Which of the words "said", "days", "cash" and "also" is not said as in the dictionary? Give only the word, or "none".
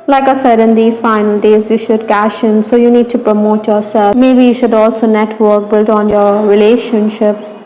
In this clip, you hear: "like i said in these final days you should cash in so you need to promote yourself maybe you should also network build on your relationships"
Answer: none